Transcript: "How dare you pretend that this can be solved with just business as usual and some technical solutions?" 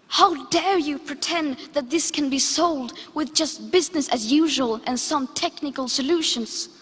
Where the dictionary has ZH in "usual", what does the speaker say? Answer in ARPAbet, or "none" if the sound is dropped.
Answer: ZH